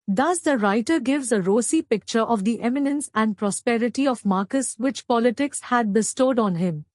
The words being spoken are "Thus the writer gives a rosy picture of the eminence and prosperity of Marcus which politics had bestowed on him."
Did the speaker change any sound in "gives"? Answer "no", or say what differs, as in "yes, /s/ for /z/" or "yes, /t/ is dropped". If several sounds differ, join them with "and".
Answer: no